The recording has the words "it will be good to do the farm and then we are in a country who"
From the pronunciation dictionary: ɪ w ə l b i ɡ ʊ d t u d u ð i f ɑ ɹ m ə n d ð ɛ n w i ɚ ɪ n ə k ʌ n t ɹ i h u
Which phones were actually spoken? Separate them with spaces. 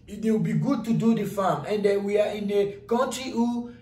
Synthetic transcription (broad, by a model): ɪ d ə w b i ɡ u d t u d u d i f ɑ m ə n d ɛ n w i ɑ ɪ n ə k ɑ n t ɹ i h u